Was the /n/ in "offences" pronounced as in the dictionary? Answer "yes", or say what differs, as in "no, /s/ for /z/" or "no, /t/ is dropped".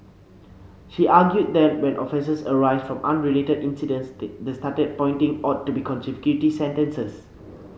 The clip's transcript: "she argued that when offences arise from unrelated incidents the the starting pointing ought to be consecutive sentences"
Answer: no, /n/ is dropped